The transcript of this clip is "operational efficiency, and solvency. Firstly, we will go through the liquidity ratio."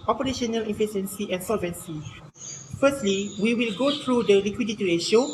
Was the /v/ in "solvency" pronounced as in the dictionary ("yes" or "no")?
yes